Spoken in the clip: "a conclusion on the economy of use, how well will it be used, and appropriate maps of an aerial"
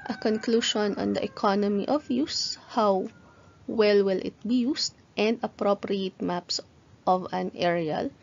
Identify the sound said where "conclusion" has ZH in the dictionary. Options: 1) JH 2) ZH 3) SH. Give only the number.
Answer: 3